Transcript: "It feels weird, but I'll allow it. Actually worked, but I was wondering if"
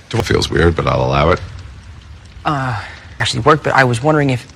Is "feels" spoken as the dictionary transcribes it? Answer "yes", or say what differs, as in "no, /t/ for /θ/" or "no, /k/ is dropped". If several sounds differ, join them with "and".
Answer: yes